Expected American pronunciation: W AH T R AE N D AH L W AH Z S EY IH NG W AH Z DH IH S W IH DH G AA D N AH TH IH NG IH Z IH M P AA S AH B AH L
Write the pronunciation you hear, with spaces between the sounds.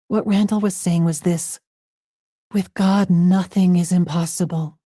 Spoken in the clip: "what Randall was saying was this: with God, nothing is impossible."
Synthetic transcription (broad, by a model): W AH T R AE N D L W AH Z S EY IH NG W AH Z DH IH S W IH DH G AA D N AH TH IH NG IH Z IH M P AA S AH B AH L